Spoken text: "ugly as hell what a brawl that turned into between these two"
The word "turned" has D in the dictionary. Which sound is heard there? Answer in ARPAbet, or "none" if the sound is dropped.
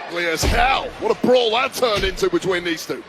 none